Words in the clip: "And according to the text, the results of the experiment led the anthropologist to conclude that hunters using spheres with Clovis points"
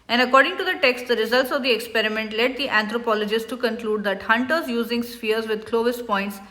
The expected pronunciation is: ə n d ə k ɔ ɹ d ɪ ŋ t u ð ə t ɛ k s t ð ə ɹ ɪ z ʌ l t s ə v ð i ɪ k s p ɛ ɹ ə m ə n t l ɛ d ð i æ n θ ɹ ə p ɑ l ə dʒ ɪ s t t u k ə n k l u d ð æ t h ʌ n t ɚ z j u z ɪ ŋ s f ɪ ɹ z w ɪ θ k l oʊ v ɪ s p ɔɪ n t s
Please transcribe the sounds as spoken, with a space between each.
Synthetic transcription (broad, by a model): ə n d ə k ɔ ɹ d ɪ ŋ t u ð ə t ɛ k s t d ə ɹ ɪ z ʌ l t s ə v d i ɪ k s p ɛ ɹ ə m ə n t l ɛ d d i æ n t ɹ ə p ɑ l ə dʒ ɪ s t t u k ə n k l u d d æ t h ʌ n t ɚ z j u z ɪ ŋ s f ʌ ɹ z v ɪ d k l oʊ v ɪ s p ɔɪ n t s